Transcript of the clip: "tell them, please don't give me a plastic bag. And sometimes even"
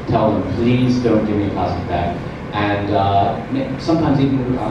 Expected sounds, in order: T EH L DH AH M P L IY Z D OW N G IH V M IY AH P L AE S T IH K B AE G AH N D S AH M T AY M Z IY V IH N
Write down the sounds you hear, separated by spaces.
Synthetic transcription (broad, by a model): T EH L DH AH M P L IY Z D OW N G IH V M IY AH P AE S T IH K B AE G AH N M S AH M T AY M Z IY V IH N